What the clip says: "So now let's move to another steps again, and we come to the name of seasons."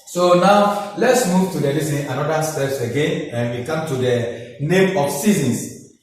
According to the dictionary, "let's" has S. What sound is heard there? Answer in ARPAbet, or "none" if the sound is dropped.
S